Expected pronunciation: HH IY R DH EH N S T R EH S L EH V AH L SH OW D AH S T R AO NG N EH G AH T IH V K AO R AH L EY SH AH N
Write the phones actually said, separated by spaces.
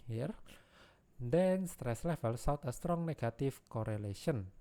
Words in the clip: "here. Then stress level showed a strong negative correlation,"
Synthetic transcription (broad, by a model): HH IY R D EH N S T R EH S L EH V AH L S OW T AH S T R AO NG N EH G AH T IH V K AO R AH L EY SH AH N